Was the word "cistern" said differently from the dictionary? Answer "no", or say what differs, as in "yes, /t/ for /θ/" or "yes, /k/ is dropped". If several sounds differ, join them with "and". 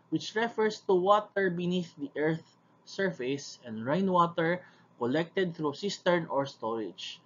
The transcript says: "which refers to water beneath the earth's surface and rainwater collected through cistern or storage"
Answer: no